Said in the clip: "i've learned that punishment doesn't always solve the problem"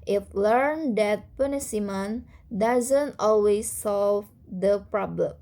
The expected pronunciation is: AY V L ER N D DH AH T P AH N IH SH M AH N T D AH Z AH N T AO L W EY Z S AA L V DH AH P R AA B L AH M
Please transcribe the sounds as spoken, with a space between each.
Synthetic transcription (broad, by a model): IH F L ER N D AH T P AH N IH S M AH N D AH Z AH N T AO L W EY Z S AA L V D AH P R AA B L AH M